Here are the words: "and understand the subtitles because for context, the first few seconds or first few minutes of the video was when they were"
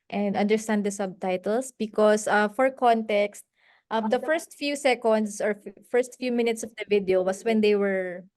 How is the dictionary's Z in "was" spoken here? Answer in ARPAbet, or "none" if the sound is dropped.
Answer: S